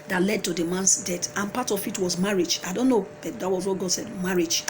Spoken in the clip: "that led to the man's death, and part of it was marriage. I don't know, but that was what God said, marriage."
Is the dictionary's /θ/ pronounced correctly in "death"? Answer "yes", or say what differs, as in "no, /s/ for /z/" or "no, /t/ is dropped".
no, /t/ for /θ/